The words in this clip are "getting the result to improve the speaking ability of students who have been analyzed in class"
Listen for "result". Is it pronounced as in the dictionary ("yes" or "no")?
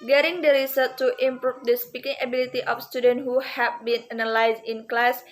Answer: no